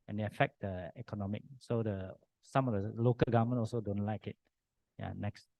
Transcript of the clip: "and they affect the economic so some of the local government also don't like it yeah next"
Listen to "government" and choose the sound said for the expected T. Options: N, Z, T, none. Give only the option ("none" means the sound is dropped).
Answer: none